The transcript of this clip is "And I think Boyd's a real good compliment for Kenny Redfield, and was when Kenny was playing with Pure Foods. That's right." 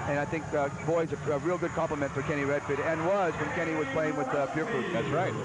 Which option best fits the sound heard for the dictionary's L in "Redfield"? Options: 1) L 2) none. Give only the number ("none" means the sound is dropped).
2